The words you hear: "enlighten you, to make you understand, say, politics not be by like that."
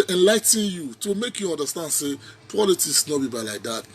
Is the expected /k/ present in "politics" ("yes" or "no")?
no